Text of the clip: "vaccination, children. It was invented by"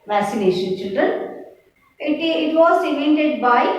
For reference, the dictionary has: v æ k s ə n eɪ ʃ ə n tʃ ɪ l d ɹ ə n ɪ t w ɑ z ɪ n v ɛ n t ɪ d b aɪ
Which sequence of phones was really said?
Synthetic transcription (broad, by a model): v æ k s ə n eɪ ʃ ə n tʃ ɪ l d ɹ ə n ɪ t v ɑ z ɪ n ɛ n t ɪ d b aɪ